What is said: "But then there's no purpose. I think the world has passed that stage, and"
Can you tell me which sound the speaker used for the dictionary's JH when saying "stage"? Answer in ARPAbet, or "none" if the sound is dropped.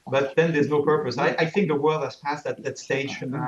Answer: none